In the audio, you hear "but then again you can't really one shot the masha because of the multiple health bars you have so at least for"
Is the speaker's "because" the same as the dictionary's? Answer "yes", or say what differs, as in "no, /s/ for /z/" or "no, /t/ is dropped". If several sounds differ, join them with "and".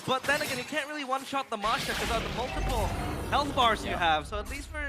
no, /z/ is dropped